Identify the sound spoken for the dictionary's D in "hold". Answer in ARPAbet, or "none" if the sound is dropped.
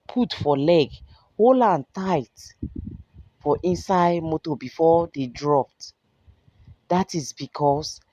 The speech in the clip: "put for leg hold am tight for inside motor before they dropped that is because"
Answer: none